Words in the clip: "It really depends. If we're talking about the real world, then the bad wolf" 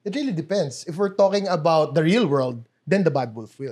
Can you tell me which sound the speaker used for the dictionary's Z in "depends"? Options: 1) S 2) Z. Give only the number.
1